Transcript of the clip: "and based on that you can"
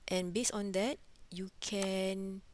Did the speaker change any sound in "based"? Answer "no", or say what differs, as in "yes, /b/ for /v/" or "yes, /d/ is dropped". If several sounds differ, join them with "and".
yes, /t/ is dropped